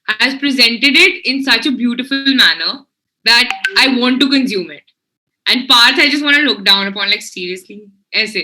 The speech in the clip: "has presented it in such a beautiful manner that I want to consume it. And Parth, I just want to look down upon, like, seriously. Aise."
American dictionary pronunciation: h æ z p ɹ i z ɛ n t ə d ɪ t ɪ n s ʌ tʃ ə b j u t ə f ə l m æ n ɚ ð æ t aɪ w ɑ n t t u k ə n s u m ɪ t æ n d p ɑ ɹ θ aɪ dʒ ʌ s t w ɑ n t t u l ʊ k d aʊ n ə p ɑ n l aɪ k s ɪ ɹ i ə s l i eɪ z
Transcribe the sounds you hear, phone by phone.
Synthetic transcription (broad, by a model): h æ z p ɹ i z ɛ n t ə d ɪ t ɪ n s ʌ tʃ ə b j u t ə f ə l m æ n ɚ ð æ t aɪ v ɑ n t t u k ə n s u m ɪ t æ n d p ɑ ɹ t aɪ dʒ ʌ s t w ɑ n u l ʊ k d aʊ n ə p ɑ n l aɪ k s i ɹ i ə s l i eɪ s